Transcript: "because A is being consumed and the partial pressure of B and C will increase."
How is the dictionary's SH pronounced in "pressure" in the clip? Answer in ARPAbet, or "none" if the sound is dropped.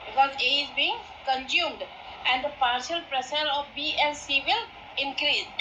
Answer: S